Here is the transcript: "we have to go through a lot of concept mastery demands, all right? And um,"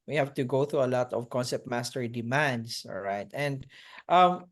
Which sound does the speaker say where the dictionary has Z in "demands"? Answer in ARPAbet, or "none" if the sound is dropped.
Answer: S